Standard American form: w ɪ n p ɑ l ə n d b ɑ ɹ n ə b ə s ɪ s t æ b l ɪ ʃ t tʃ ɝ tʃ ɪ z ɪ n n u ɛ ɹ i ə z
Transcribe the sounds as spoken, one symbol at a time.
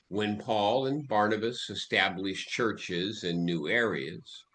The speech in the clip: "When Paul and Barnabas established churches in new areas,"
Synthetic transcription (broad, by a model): w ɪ n p ɑ l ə n b ɑ ɹ n ə b ə s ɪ s t æ b l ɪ ʃ tʃ ɝ tʃ ɪ z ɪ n n u ɛ ɹ i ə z